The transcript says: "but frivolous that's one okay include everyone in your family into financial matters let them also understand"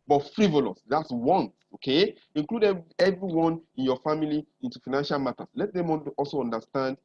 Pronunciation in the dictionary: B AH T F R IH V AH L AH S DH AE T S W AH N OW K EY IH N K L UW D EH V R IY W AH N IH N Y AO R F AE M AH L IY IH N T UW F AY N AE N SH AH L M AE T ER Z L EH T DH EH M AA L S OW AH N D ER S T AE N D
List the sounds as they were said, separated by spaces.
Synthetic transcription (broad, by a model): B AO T F R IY V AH L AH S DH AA T S W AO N OW K EY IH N K L UW D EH V R IY W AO N IH N Y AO F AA M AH L IY IH N T UW F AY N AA N SH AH L M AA T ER S L EH T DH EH M AA L S OW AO N D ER S T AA N D